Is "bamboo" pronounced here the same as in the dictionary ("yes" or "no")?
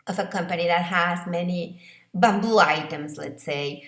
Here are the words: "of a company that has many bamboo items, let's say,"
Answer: yes